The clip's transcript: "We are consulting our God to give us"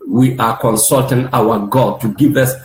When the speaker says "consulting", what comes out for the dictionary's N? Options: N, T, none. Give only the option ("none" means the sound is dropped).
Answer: N